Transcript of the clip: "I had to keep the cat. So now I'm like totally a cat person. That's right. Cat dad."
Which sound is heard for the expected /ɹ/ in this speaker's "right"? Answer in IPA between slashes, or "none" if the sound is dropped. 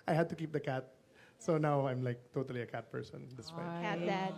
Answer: /w/